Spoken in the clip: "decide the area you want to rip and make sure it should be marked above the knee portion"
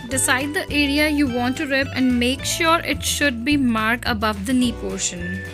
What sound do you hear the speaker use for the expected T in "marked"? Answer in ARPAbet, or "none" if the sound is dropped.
none